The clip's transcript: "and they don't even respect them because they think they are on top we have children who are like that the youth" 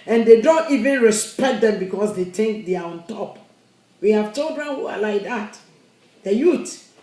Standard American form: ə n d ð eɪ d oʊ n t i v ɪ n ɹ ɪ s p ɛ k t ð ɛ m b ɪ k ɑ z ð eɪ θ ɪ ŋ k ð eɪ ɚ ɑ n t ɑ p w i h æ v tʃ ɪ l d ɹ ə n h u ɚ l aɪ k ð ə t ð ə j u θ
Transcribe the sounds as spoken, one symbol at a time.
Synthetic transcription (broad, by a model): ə n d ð eɪ d oʊ n t i v ɪ n ɹ ɪ s p ɛ k t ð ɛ m b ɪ k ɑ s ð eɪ t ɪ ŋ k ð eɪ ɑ ɑ n t ɑ p w i h æ v tʃ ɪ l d ɹ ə n h u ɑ l aɪ k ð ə t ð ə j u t